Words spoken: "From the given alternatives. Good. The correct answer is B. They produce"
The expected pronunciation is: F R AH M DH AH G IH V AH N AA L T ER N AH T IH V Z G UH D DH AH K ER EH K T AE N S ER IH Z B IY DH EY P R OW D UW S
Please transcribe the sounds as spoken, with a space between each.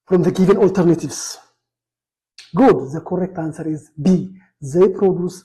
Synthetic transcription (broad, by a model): F R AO M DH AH G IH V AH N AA L T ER N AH T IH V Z G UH D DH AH K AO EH K T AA N S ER IH Z B IY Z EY P R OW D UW S